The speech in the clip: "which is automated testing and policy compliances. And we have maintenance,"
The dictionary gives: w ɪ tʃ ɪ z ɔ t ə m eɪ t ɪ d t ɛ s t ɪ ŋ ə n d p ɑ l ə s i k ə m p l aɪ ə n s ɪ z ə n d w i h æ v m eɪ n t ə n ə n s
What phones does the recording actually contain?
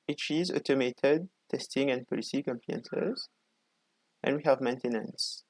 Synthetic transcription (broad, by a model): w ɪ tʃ ɪ z ɔ t ə m eɪ t ɪ d t ɛ s t ɪ ŋ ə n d p ɑ l ə s i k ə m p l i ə n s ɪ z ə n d w i h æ v m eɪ n t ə n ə n s